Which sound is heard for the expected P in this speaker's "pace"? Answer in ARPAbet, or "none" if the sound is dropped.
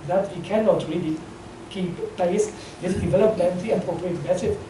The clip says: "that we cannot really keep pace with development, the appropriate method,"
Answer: B